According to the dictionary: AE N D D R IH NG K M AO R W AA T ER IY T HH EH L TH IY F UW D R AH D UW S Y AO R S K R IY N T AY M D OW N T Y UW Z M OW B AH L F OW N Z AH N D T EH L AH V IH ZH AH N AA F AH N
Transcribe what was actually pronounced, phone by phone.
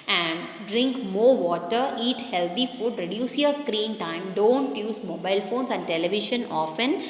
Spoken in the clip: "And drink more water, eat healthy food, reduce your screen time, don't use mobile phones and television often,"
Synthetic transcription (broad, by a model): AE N D D R IH NG K M AO R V AA T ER IY T HH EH L T IY F UW D R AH D UW S Y AO R S K R IY N T AY M D OW N T Y UW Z M OW B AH L F OW N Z AH N D T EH L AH V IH SH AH N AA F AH N